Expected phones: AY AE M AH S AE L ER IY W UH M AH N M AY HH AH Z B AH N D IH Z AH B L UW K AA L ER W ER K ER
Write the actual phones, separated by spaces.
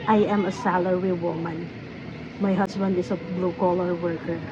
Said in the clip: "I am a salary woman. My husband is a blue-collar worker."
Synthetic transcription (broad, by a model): AY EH M AH S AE L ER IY W UH M AH N M AY HH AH S B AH N D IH S AH B L UW K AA L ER W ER K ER